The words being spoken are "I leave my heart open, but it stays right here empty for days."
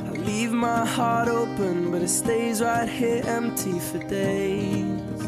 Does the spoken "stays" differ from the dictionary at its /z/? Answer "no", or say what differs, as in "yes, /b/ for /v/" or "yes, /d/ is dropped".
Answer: no